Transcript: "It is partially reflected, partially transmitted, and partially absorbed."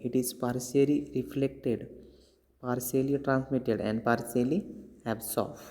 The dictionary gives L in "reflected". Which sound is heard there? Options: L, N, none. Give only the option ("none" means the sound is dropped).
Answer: L